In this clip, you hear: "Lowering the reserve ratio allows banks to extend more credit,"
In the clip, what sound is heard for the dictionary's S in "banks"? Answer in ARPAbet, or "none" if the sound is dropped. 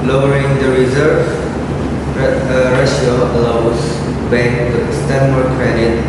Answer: none